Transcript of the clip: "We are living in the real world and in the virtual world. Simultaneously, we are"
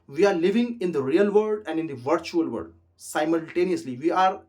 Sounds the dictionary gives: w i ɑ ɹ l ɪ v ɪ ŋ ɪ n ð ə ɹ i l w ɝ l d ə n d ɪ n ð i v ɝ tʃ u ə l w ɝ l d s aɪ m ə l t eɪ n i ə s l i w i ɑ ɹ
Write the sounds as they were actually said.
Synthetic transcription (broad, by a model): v i ɑ ɹ l ɪ v ɪ ŋ ɪ n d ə ɹ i l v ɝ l d ə n d ɪ n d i v ɝ tʃ u ə l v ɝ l d s aɪ m ə l t eɪ n i ə s l i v i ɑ ɹ